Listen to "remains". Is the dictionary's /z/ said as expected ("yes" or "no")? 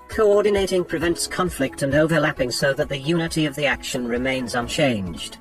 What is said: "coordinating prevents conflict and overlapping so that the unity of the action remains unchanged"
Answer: yes